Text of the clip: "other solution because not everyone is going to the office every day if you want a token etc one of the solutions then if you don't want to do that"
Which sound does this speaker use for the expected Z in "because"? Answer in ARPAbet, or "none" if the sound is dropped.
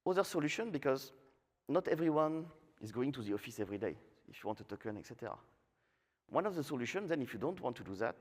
Z